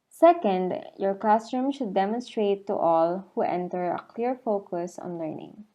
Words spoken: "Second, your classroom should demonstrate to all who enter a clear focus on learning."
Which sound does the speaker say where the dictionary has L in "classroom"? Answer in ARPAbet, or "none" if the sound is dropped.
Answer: none